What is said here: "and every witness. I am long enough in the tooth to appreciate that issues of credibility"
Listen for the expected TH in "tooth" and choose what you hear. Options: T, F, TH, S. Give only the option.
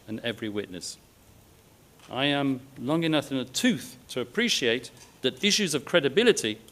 TH